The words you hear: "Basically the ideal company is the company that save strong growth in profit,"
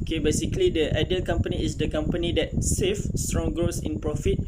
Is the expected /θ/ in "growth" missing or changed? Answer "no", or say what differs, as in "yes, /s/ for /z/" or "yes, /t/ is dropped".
yes, /s/ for /θ/